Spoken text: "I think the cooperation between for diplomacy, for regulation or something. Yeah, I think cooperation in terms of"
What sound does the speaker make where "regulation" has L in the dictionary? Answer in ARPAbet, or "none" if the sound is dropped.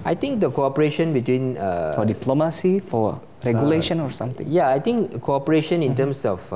L